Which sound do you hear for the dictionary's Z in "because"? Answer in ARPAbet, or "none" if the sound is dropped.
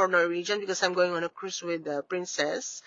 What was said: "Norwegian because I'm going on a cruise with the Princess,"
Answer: S